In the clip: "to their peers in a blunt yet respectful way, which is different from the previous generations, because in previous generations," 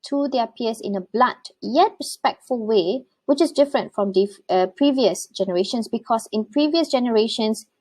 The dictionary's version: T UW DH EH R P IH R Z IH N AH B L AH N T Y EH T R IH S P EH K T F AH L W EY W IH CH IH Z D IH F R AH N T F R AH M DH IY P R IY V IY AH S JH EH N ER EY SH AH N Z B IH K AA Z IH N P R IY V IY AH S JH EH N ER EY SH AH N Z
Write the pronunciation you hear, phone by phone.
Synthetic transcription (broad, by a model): T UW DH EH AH P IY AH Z IH N AH B L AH T Y EH T R IH S P EH K T F AH L W EY W IH CH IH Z D IH F R AH N T F R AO M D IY P R IY V IY AH S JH EH N ER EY SH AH N S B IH K AA S IH N P R IY V IY AH S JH EH N ER EY SH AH N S